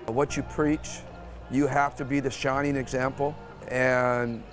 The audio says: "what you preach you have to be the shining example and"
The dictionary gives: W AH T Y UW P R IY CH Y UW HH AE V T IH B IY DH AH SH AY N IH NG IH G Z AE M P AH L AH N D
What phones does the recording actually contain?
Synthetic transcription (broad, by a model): W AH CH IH P R IY CH Y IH HH AE F T IH B IY DH AH SH AY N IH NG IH G Z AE M P L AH N